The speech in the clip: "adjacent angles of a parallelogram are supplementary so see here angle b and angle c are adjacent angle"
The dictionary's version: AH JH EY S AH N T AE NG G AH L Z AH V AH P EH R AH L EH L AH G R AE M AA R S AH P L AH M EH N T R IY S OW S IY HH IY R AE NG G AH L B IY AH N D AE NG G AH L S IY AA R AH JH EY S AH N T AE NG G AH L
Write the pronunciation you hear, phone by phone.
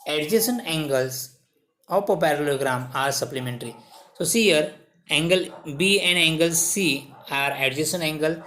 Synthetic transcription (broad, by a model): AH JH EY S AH N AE NG G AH L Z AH P AH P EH R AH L L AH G R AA M AA R S AH P L AH M EH N T R IY S OW S IY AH R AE NG G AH L B IY AH N D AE NG G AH L S IY AA R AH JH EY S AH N EH NG G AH L